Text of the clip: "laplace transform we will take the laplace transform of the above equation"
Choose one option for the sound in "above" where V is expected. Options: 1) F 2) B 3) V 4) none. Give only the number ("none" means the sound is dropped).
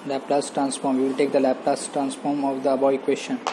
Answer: 4